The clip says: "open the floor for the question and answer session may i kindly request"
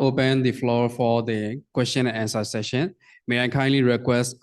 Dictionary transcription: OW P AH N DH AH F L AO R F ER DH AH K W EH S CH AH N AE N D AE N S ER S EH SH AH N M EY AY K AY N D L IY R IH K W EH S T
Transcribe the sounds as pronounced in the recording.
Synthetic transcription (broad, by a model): OW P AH N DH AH F L AO R F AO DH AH K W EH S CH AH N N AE N S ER S EH SH AH N M EY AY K AY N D L IY R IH K W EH S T